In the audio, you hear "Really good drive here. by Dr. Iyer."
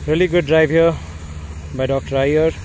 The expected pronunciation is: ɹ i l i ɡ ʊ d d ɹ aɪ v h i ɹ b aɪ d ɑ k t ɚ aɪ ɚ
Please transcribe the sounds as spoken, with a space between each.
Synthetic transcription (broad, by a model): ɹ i l i ɡ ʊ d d ɹ aɪ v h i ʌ b aɪ d ɑ k t ɚ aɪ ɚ